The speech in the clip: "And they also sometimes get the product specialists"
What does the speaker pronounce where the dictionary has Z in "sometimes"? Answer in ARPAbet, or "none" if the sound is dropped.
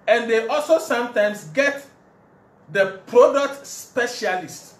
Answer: S